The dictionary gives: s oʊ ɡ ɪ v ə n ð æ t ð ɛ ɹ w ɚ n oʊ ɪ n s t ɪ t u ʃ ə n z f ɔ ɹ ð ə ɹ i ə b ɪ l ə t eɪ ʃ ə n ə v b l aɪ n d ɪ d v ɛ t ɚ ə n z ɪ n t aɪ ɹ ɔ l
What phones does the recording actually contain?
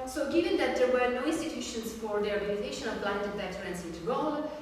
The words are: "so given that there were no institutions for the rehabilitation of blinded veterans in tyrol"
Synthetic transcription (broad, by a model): s oʊ ɡ ɪ v ə n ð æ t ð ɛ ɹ w ɚ n oʊ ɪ n s t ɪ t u ʃ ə n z f ɔ ɹ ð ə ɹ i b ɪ n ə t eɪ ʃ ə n ə v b l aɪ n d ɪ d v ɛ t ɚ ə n s ɪ n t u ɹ ɔ l